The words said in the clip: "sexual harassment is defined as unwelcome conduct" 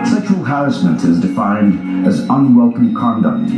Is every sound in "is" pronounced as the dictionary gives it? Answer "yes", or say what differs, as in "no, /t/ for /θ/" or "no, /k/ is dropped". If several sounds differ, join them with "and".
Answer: yes